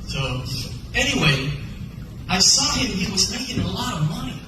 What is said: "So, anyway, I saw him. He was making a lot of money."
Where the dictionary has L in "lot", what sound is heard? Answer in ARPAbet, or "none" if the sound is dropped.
L